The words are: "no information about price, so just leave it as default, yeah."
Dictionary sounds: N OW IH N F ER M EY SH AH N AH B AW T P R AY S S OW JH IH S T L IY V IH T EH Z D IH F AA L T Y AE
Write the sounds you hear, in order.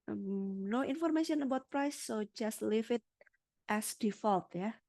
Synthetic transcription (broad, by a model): N OW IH N F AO M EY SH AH N AH B AW T P R AY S S OW JH IH S T L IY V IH T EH S D IH F AA L T Y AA